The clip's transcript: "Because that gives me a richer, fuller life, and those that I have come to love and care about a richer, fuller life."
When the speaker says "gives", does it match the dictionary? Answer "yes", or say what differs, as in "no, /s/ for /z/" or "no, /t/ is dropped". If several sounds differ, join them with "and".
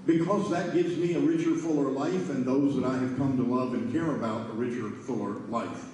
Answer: yes